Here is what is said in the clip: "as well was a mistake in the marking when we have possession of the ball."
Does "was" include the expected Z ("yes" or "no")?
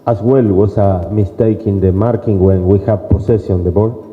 no